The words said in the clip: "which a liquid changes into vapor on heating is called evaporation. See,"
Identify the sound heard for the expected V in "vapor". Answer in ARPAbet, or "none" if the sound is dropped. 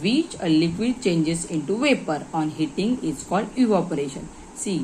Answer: V